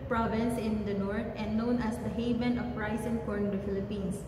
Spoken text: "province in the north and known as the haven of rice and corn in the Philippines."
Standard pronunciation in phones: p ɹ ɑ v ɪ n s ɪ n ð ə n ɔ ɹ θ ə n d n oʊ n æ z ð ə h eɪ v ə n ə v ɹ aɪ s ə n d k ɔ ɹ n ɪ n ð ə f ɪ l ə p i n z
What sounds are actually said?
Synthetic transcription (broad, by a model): p ɹ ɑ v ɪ n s ɪ n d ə n ɔ ɹ t ə n d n oʊ n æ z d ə h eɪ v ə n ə p ɹ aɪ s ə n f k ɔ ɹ ɪ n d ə f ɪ l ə p i n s